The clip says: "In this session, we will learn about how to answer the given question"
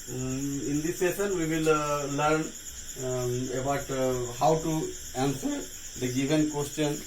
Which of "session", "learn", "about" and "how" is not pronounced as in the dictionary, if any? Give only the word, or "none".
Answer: session